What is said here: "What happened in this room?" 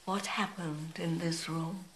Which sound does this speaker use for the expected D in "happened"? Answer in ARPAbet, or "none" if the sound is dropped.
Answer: D